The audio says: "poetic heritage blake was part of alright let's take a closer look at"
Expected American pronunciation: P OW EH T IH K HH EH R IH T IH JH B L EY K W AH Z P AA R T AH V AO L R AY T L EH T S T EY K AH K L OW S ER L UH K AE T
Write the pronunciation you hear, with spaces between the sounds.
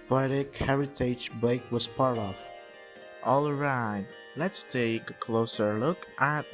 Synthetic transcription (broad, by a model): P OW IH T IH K HH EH R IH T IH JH B EY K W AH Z P AA R T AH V AO L R AY T L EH T S T EY K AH K L OW S ER L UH K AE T